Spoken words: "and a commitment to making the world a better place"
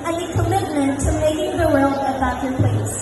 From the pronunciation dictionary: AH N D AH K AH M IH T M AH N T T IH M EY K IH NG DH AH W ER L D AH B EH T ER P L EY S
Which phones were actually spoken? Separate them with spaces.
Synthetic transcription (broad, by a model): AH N AH K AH M IH T M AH N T T IH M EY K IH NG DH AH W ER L AH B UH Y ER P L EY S